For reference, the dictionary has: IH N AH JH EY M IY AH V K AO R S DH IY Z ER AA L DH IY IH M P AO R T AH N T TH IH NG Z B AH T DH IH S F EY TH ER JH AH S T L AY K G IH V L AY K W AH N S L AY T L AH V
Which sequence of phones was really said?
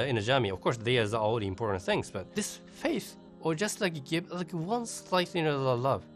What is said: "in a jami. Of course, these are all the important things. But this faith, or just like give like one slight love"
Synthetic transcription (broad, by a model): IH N AH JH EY M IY AH V K AO R S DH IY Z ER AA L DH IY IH M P AO R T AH N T TH IH NG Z B AH T DH IH S F EY TH ER JH AH S T L AY K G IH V L AY K W AH N S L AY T L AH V